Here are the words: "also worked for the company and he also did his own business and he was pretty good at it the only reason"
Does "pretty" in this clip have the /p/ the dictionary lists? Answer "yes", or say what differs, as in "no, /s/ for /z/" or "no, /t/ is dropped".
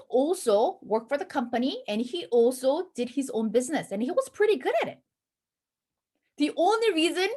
yes